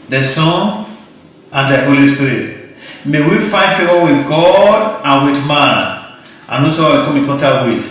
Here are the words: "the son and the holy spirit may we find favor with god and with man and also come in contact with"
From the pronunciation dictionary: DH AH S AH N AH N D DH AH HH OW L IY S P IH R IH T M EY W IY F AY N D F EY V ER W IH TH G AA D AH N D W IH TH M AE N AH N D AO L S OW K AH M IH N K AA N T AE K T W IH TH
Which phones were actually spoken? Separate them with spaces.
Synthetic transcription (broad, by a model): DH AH S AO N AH N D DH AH HH OW L IY S P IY R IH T M EY W IY F AY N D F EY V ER W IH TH G AA D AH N W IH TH M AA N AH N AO S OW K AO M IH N K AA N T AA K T W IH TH